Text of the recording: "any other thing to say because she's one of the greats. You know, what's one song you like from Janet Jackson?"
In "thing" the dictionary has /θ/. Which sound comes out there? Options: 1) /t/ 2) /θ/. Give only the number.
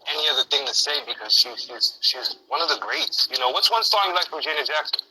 2